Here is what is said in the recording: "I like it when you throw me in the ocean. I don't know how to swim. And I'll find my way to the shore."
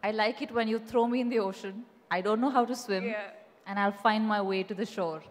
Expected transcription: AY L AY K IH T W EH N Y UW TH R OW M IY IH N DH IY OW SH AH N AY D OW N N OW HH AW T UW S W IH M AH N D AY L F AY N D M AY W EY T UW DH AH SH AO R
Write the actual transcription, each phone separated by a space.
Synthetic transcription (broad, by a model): AY L AY K IH T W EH N Y UW T R OW M IY IH N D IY OW SH AH N AY D OW N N OW HH AW T UW S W IH M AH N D AY L F AY N D M AY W EY T UW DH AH SH AO R